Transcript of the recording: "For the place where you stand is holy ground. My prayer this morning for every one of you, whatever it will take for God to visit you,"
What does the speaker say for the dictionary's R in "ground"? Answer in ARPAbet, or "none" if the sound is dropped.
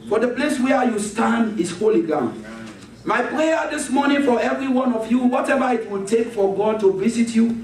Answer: none